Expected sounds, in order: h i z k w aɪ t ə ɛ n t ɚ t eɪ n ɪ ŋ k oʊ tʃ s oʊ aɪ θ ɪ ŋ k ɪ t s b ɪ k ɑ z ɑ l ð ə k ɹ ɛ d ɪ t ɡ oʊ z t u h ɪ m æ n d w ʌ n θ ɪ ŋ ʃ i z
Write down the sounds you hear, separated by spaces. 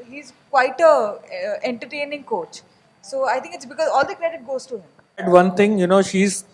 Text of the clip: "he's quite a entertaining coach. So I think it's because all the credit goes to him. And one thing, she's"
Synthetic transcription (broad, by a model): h i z k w aɪ t ə ɛ n t ɚ t eɪ n ɪ ŋ k oʊ tʃ s oʊ aɪ t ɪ ŋ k ɪ t s b ɪ k ɑ z ɑ l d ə k ɹ ɛ d ɪ t ɡ oʊ z t u h ɪ m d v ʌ n t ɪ ŋ ʃ i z